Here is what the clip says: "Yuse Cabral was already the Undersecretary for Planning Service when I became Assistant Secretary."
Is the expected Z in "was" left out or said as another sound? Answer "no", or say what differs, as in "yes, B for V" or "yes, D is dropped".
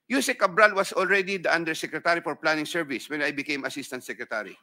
yes, S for Z